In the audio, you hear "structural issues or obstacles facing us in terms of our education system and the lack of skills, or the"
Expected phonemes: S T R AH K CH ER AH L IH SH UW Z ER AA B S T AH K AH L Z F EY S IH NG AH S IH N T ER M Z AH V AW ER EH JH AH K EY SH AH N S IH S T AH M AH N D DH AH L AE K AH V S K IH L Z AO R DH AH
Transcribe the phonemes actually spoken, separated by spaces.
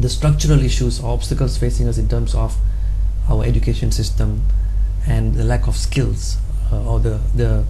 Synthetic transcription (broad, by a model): S T R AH K CH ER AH L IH SH UW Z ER AA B S T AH K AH L S F EY S IH NG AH S IH N T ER M S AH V AW ER EH JH AH K EY SH AH N S IH S T AH M AH N D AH L AE K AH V S K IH L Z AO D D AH